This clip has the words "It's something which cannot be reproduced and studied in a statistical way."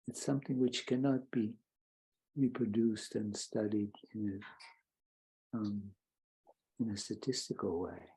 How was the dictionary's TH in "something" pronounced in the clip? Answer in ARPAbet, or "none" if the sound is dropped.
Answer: TH